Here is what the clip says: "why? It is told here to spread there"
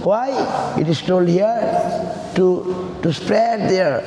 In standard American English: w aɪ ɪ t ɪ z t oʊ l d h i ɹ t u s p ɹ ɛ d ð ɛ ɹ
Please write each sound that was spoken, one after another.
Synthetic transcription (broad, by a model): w aɪ ɪ t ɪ s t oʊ l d h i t t u s p ɹ ɛ d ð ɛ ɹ